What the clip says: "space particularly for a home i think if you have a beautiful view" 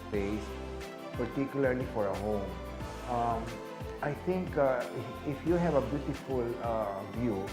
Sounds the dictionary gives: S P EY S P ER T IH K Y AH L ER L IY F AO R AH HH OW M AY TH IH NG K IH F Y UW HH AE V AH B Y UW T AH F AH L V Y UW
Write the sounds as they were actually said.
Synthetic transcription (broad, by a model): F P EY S P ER T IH K Y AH L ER L IY F AO R AH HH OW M AY T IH NG K IH F Y UW HH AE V AH B Y UW T AH F AH L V Y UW